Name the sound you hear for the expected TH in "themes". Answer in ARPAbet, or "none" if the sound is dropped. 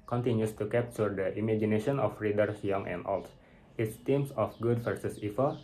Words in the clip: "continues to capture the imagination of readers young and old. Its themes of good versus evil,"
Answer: T